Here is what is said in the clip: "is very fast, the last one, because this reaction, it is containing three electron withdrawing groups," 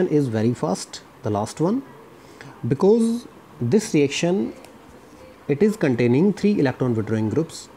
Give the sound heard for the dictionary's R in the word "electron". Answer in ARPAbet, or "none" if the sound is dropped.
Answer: R